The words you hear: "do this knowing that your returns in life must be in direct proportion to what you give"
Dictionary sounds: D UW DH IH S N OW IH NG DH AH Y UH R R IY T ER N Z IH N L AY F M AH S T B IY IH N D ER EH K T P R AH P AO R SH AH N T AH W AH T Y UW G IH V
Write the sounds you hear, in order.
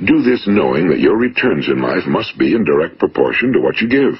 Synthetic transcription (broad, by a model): D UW DH IH S N OW IH NG DH AH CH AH R R IY T ER N Z IH N L AY F M AH S T B IY IH N D ER EH K T P R AH P AO R SH AH N T AH W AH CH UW G IH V